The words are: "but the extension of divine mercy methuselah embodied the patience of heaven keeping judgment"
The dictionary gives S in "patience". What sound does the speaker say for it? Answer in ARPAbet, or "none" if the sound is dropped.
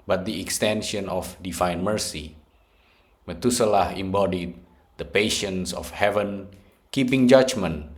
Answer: S